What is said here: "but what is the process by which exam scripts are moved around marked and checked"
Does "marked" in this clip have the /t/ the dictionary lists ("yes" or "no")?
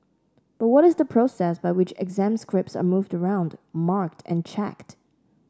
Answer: yes